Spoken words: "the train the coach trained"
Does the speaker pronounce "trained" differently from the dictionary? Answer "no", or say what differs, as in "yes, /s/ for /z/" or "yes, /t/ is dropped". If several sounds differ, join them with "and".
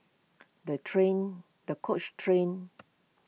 yes, /d/ is dropped